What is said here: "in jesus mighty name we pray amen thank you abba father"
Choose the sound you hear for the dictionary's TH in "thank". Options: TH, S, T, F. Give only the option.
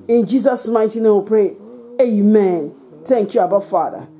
T